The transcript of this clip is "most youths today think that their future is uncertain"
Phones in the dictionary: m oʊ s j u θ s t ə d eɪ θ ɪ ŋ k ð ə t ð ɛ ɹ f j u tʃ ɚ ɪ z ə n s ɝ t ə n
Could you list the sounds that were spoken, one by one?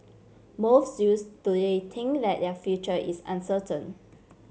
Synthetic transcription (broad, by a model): m oʊ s j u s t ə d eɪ t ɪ ŋ k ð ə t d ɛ f j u tʃ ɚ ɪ s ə n s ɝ t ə n